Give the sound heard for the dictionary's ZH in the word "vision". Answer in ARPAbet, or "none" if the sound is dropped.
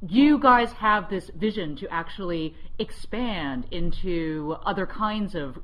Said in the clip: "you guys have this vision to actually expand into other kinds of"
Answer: ZH